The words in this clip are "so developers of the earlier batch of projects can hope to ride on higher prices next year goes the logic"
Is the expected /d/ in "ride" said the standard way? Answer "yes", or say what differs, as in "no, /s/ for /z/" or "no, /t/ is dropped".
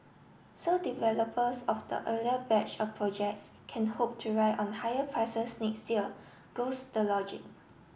no, /d/ is dropped